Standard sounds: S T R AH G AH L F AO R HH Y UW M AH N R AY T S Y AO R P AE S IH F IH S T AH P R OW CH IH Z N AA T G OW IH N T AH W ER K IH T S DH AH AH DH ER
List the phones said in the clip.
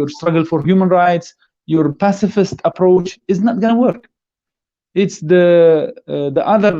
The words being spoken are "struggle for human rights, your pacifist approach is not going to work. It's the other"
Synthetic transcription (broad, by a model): S T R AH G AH L F AO R HH Y UW M AH N R AY T S Y AO R P AE S IH F IH S T AH P R OW CH IH Z N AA T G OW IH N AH W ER K IH T S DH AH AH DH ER